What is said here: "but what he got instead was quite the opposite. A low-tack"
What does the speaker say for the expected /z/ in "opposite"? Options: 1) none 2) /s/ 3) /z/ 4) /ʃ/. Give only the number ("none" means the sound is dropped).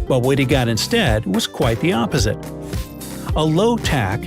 3